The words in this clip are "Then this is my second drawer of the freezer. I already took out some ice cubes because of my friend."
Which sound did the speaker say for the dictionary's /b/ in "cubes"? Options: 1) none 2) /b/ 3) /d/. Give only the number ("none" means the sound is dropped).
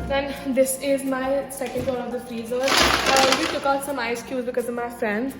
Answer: 1